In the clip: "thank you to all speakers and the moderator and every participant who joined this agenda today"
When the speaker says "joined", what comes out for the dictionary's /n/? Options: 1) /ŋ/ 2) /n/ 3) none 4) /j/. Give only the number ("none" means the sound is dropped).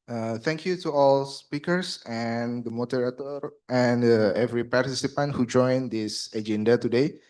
2